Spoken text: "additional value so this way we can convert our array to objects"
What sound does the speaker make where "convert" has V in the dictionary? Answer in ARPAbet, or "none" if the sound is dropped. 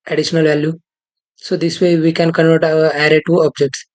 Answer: none